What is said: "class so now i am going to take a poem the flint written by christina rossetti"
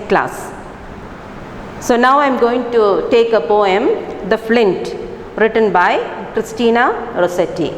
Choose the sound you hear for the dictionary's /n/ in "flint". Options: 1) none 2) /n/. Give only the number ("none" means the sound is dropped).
2